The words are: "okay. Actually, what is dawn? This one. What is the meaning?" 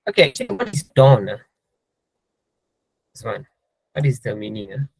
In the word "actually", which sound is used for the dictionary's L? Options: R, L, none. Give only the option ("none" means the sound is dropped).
none